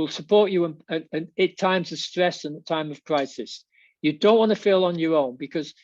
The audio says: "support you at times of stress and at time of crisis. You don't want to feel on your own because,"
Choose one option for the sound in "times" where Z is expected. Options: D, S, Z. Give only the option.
Z